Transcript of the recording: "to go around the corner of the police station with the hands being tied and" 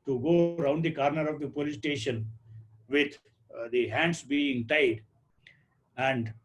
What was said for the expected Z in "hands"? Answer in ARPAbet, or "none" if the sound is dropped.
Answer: S